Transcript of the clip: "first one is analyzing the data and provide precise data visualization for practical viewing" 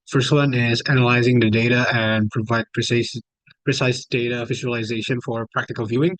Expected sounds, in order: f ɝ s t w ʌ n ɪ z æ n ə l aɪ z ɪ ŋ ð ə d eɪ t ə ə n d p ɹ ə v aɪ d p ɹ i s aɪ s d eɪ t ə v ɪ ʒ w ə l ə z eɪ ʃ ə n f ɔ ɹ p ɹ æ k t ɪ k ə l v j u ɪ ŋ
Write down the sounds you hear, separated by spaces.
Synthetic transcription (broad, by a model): f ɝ s t w ʌ n ɪ z æ n ə l aɪ z ɪ ŋ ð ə d eɪ t ə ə n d p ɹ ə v aɪ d p ɹ i s aɪ s d eɪ t ə f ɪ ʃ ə l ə z eɪ ʃ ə n f ɔ ɹ p ɹ æ k t ɪ k ə l v j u ɪ ŋ